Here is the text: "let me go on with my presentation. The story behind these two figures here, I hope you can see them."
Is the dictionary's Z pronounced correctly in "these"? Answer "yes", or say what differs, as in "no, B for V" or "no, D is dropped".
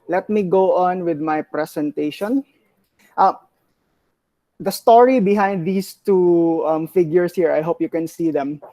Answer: no, S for Z